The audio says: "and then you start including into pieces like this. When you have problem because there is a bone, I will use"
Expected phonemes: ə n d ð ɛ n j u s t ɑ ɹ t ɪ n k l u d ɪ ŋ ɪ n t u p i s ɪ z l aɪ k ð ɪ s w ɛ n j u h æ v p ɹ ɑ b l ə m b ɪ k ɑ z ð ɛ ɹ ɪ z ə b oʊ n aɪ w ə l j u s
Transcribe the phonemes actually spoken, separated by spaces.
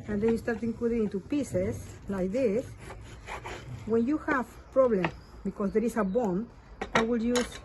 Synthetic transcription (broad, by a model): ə n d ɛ n j u s t ɑ ɹ t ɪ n k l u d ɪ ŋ ɪ n t u p i s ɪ s l aɪ k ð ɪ s w ɛ n j u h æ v p ɹ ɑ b l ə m b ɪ k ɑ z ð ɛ ɹ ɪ s ə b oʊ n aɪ w ə l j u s